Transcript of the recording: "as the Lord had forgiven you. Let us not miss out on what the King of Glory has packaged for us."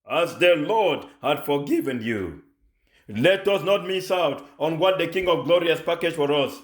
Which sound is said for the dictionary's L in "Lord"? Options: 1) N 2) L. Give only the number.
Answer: 2